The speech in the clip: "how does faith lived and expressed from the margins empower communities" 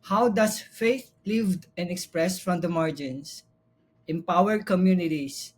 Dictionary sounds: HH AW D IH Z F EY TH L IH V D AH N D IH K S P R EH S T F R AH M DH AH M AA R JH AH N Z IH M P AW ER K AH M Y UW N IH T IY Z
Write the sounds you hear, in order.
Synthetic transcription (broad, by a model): HH AW D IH S F EY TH L IH V D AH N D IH K S P R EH S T F R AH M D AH M AA R JH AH N S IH M P AW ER K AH M Y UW N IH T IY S